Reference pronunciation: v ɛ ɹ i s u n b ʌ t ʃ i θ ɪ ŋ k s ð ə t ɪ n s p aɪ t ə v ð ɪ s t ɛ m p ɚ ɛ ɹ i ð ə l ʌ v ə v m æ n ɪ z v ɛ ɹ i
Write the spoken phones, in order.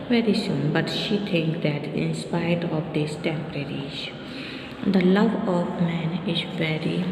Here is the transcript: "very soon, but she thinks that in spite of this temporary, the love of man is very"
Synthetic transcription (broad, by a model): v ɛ ɹ i s u n b ʌ t ʃ i t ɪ ŋ k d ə t ɪ n s p aɪ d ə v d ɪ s t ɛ m p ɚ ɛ ɹ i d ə l ʌ v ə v m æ n ɪ z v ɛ ɹ i